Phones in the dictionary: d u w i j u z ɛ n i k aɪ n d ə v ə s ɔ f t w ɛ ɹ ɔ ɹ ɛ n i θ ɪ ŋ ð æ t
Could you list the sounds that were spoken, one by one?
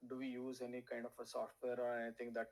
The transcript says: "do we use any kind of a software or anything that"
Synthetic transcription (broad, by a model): d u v i j u z ɛ n i k aɪ n d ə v ə s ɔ f t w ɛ ɹ ɔ ɹ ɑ i t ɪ ŋ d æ t